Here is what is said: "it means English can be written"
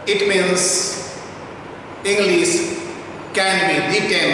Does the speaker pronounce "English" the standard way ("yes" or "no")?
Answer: no